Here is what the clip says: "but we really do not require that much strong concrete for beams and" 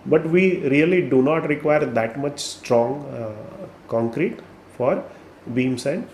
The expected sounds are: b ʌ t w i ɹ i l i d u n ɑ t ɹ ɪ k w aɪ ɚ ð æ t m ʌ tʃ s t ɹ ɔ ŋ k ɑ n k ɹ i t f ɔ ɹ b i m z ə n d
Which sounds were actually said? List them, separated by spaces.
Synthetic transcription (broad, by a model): b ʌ t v i ɹ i l i d u n ɑ t ɹ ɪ k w aɪ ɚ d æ t m ʌ tʃ s t ɹ ɔ ŋ k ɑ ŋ k ɹ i t f ɔ ɹ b i m s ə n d